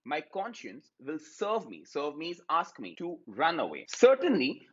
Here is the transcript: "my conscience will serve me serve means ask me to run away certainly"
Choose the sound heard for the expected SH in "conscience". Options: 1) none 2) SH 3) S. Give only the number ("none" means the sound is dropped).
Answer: 2